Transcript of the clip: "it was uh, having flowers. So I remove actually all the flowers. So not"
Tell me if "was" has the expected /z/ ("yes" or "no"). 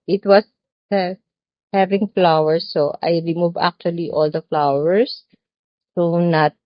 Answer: no